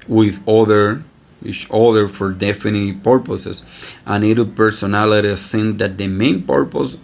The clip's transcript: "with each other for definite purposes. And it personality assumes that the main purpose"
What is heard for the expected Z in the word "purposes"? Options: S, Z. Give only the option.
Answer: S